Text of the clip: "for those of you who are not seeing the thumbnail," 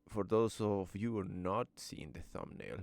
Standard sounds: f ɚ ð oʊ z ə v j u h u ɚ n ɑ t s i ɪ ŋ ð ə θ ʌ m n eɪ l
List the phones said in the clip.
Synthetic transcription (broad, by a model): f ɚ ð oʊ s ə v j u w ɚ n ɑ t s i ɪ ŋ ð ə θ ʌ m n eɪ l